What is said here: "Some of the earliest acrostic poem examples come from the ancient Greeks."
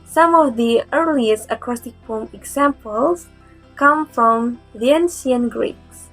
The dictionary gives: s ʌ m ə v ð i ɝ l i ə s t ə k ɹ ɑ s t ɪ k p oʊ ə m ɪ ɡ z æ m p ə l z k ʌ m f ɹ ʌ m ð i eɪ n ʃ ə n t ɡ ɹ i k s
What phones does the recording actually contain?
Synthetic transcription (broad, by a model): s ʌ m ə v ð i ɝ l i ə s t ə k ɹ ɑ s t ɪ k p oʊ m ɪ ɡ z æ m p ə l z k ʌ m f ɹ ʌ m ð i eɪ n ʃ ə n ɡ ɹ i k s